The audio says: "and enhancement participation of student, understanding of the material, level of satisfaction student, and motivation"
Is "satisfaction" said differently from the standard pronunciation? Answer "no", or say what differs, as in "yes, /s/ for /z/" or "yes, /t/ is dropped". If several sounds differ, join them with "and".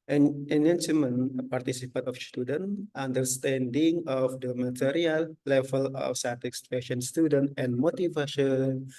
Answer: yes, /k/ is dropped